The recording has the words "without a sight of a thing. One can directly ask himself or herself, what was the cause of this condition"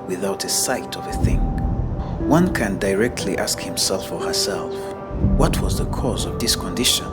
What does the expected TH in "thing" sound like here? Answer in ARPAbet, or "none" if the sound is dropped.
TH